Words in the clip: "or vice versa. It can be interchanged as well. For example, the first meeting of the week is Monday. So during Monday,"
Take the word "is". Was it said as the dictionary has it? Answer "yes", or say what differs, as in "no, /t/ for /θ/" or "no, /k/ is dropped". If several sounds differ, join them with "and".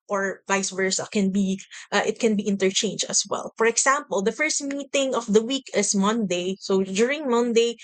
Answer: no, /s/ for /z/